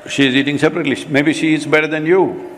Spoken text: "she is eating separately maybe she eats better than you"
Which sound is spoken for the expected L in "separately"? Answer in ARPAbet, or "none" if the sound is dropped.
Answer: L